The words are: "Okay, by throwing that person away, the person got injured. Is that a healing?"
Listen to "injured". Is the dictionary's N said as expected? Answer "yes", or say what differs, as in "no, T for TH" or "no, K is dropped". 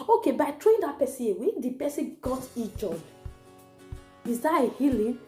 no, N is dropped